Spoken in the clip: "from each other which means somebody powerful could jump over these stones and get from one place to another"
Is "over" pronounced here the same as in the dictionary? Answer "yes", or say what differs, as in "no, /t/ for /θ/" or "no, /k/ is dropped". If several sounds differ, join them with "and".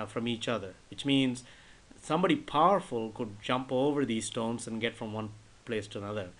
yes